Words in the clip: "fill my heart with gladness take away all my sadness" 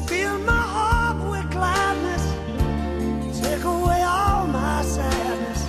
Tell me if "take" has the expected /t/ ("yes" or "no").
no